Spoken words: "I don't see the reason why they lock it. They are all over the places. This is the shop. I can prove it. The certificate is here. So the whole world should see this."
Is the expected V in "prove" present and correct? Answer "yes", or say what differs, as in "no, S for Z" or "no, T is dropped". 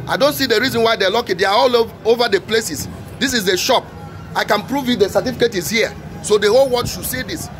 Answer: yes